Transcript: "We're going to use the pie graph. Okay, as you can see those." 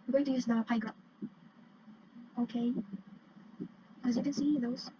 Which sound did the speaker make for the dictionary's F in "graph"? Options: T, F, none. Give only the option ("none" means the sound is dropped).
none